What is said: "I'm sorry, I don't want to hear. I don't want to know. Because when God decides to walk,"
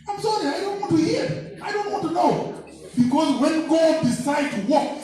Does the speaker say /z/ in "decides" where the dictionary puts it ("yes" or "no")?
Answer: no